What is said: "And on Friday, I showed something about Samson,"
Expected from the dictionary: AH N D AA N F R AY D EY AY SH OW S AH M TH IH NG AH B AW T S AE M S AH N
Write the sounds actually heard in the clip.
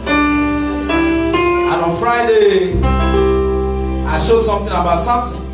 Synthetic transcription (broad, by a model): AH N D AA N F R AY D EY AY SH OW S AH M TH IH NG AH B AW T S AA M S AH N